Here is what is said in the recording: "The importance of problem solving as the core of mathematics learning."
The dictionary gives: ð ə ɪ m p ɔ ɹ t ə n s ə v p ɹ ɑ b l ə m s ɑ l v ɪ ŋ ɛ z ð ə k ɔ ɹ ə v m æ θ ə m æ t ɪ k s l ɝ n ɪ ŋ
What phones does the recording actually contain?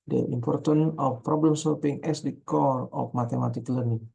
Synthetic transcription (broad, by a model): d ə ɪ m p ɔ ɹ t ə n ə f p ɹ ɑ b l ə m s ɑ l p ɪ ŋ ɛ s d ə k ɔ ɹ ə f m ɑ t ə m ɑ t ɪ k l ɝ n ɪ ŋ